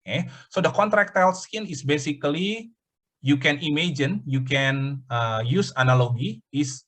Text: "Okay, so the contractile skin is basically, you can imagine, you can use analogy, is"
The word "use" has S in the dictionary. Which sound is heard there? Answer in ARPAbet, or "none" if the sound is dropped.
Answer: S